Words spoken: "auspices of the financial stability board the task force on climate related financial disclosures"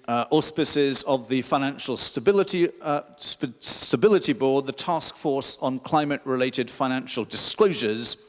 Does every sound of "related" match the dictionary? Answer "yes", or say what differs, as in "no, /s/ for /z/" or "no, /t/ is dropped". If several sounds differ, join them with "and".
yes